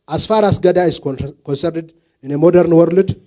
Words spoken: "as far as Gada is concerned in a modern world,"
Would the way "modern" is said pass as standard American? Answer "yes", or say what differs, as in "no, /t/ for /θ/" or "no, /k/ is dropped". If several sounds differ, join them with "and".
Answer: yes